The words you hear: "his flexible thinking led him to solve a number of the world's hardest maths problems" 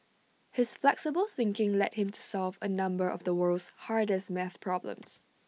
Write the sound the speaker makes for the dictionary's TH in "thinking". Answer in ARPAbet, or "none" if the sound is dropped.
TH